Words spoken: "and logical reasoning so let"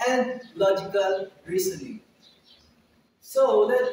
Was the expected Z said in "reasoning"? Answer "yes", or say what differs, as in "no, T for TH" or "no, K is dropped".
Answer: no, S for Z